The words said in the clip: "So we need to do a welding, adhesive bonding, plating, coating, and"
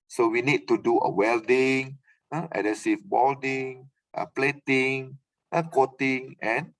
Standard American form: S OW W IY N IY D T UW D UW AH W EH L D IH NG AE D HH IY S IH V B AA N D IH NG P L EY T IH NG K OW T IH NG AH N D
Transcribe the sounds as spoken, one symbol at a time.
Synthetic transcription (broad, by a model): S OW W IY N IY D T UW D UW AH W EH L D IH NG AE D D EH S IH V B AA L D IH NG P L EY T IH NG K OW T IH NG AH N